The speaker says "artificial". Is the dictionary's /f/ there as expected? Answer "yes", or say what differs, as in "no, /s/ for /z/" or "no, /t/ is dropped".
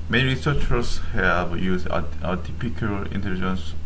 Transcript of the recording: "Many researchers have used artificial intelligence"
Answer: no, /p/ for /f/